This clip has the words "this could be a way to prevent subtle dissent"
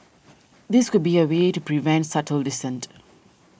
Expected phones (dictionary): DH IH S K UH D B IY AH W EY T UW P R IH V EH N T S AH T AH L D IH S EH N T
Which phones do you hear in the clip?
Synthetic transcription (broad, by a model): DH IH S K UH D B IY AH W EY T UW P R IH V EH N T S AH T AH L D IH S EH N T